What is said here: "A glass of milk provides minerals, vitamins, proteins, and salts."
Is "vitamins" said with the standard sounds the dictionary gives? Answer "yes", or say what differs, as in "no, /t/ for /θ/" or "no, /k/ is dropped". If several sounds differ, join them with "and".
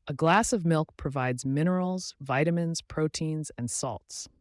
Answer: yes